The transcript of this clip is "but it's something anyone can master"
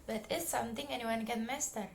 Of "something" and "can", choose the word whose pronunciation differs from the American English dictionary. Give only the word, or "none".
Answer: something